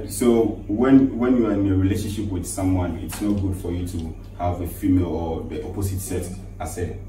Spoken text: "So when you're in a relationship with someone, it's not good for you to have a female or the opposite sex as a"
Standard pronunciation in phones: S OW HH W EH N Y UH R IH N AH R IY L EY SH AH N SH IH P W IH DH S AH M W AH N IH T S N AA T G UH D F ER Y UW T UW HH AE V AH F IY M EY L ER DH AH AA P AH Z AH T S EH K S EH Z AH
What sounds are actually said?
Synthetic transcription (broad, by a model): S OW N W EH N Y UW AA IH N AH R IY L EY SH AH N SH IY P W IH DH S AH M W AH N IH T S N AA T G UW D F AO Y UW T UW HH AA V AH F IY M EY L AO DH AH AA P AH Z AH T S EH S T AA S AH